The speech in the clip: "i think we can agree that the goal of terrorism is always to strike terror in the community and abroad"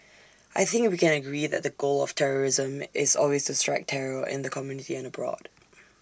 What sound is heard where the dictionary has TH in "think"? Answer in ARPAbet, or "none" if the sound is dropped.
TH